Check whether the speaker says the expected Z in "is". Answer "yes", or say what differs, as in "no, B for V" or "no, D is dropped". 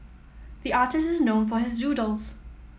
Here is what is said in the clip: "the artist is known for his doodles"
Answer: yes